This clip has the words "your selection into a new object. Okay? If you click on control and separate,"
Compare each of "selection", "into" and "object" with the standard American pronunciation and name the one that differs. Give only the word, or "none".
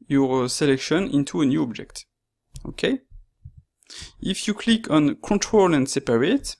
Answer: none